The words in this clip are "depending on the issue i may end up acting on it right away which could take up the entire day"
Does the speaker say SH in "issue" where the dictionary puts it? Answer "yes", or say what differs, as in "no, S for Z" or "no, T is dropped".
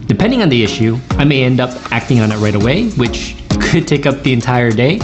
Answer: yes